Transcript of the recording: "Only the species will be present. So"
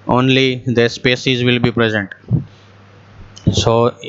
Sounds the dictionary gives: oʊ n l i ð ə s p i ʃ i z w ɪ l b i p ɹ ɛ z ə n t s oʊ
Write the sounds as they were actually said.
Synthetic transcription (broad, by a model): oʊ n l i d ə s p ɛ s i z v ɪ l b i p ɹ ɛ z ə n t s oʊ